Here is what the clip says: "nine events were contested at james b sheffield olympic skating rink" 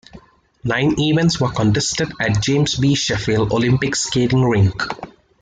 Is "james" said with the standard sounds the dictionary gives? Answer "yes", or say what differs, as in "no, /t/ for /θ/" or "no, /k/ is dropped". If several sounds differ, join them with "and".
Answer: no, /s/ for /z/